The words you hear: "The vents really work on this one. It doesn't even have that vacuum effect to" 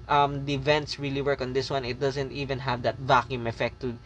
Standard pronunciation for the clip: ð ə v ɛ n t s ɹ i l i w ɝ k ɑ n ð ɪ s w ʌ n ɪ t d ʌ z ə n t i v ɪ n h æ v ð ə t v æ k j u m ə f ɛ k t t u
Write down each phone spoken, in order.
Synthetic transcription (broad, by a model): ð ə v ɛ n t s ɹ i l i w ɝ k ɑ n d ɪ s w ʌ n ɪ t d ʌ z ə n t i v ɪ n h æ v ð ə t v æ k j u m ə f ɛ k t t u